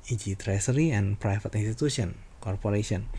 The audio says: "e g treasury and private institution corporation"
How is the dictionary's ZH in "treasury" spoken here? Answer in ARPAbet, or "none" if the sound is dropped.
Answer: S